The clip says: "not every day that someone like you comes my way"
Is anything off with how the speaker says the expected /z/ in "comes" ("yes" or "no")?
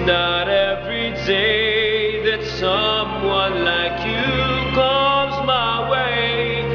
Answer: no